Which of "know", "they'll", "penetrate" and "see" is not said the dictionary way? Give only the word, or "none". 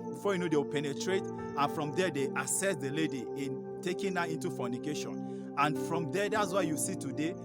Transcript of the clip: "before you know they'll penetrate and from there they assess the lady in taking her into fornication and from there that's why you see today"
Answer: they'll